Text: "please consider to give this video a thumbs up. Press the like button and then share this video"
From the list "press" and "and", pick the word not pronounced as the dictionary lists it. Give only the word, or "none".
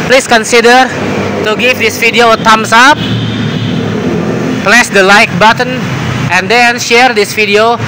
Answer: press